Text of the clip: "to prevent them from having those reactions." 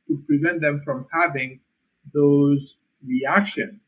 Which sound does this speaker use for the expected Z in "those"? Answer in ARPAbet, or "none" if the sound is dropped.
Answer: Z